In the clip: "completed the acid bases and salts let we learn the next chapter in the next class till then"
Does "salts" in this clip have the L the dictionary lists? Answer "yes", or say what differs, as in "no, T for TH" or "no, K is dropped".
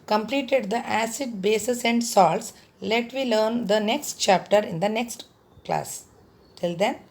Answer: yes